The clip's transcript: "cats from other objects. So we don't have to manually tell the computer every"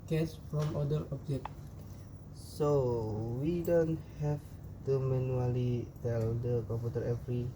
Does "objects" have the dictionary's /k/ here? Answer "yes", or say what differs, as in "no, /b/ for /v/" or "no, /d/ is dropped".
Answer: no, /k/ is dropped